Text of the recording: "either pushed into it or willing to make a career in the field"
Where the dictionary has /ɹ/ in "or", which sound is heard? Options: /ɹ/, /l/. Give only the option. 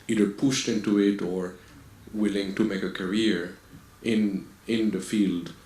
/ɹ/